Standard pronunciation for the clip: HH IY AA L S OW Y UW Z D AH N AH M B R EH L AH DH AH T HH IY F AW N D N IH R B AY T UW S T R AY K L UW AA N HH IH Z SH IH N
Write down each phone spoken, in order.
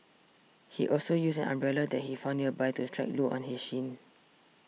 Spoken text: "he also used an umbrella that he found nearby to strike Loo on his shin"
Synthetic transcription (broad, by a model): HH IY AA L S OW Y UW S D AH N AH M B R EH L AH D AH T HH IY F AW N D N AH B AY T UW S T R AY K L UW AA N HH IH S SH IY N